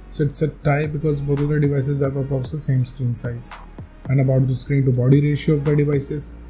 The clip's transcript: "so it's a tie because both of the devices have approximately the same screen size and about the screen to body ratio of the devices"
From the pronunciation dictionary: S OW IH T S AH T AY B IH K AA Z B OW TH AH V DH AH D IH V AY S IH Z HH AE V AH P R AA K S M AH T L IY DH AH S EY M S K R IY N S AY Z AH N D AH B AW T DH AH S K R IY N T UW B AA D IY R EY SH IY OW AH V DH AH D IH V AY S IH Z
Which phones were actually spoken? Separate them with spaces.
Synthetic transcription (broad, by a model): S OW IH T S AH T AY B IH K AA Z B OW T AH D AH D IH V AY S IH Z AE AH R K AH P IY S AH S EY M S K R IY N S AY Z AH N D AH B AW T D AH S K R IY N T UW B AA D IY R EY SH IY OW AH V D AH D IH V AY S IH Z